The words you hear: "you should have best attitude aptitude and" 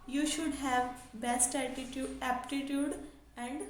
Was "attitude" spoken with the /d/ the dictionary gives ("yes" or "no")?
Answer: no